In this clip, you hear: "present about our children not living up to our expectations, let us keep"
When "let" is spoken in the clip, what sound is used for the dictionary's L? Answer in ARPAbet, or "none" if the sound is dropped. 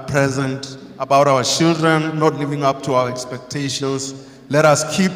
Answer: L